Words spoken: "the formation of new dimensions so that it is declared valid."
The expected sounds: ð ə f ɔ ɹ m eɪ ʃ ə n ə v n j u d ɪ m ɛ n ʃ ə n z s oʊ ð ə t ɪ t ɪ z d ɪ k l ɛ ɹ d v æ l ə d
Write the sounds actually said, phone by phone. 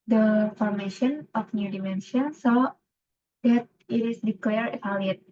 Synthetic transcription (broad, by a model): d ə f ɔ ɹ m eɪ ʃ ə n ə f n j u d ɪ m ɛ n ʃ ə n s oʊ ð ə t ɪ t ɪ s d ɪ k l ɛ ɹ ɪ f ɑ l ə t